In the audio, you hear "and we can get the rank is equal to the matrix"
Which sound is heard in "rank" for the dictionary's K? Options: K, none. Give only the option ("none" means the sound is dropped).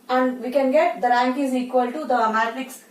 K